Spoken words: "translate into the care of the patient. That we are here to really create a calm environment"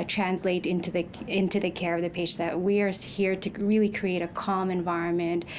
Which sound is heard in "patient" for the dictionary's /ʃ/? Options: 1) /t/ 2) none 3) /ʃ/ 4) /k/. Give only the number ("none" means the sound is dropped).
2